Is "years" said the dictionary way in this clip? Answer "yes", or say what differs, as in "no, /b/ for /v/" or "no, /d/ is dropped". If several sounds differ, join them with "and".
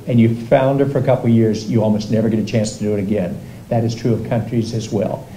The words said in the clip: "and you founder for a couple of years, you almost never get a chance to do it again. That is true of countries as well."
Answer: yes